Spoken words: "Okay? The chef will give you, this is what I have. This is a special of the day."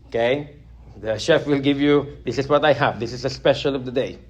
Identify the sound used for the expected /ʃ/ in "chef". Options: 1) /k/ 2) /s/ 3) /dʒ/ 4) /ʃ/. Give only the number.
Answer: 4